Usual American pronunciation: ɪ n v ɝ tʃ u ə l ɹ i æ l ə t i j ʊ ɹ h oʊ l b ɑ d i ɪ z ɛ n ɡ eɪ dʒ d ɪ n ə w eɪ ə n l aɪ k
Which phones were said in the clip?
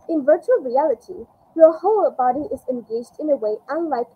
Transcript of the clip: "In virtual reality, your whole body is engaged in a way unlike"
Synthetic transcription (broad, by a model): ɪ n v ɝ tʃ u ə l ɹ i æ l ə t i j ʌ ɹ h oʊ l b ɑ d i ɪ z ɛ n ɡ eɪ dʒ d ɪ n ə w eɪ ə n l aɪ k